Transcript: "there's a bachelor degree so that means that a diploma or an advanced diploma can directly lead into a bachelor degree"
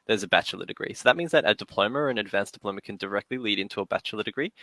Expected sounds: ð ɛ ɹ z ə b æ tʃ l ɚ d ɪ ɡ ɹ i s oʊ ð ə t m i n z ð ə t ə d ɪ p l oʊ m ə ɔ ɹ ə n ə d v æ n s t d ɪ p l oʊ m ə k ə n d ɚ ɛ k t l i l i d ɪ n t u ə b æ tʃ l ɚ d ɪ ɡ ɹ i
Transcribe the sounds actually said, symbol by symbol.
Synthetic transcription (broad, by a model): ð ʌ ɹ z ə b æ tʃ l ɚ d ɪ ɡ ɹ i s oʊ ð ə t m i n z ð ə t ə d ɪ p l oʊ m ə ɹ ə n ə d v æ n s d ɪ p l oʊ m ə k ə n d ɚ ɛ k t l i l i d ɪ n t u ə b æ tʃ l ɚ d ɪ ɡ ɹ i